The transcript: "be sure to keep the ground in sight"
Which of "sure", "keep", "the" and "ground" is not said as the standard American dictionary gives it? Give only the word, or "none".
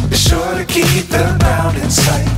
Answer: ground